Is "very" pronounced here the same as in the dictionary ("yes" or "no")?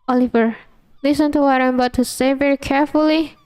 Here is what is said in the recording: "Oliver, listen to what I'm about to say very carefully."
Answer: yes